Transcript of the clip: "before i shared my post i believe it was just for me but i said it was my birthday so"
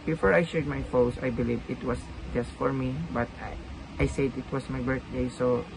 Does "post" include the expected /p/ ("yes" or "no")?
no